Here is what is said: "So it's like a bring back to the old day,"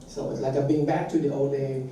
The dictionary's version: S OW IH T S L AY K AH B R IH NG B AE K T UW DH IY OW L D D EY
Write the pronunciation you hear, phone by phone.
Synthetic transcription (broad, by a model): S OW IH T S L AY K AH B IH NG B AE K T UW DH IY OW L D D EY